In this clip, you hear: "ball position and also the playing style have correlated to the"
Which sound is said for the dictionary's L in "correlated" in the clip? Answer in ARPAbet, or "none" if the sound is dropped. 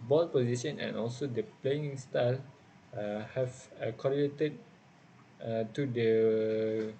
none